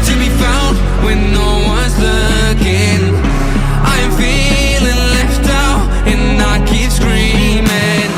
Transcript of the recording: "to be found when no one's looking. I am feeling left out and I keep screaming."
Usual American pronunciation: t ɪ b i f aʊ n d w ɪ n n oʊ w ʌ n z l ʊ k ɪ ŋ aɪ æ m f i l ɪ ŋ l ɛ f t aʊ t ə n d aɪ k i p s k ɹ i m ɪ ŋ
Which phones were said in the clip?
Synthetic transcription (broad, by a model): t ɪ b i f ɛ l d w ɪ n n oʊ w ʌ n z l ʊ k ɪ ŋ aɪ m f i l ɪ ŋ l ɛ f t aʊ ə n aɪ k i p s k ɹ i m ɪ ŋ